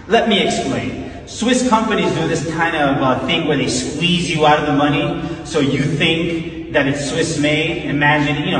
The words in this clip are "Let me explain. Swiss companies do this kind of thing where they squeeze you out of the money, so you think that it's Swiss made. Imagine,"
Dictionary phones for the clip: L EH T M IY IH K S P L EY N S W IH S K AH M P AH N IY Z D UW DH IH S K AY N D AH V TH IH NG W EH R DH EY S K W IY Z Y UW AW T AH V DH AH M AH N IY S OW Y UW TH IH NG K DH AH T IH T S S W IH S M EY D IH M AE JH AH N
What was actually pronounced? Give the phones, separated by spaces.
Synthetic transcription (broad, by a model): L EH T M IY IH K S P L EY N S W IH S K AH M P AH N IY Z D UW DH IH S K AY N D AH V TH IH NG W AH R DH EY S K W IY Z Y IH AW T AH V DH AH M AH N IY S OW Y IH TH IH NG K DH AH T IH T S S W IH S M EY IH M AE JH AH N